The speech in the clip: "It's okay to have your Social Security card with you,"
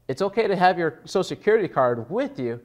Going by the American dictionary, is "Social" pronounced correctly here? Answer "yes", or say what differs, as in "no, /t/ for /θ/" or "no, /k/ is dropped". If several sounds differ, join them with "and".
no, /ʃ/ is dropped